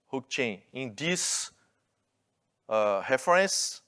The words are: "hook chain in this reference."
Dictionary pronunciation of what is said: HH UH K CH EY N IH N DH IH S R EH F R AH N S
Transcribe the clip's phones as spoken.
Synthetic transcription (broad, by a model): HH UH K CH EY N IH N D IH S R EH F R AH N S